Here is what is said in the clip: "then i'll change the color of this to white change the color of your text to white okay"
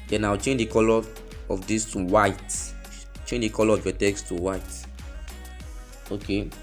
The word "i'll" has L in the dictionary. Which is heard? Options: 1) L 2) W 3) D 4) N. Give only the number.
2